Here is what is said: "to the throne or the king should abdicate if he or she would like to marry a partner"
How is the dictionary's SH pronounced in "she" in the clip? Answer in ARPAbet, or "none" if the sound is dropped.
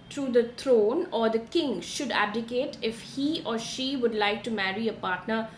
SH